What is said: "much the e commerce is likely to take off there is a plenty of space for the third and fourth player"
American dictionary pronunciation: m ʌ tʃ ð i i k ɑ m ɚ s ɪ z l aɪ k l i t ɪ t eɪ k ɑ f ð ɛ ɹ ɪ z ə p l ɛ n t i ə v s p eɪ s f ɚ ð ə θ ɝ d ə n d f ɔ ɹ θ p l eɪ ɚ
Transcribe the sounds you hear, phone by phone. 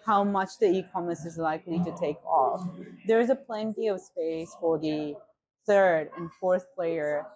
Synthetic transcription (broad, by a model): m ʌ tʃ ð i i k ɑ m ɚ s ɪ z l aɪ k l i t ɪ t eɪ k ɑ f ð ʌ ɹ ɪ z ə p l ɛ n t i ə v s p eɪ s f ɚ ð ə θ ɝ d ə n f ɔ ɹ θ p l eɪ ɚ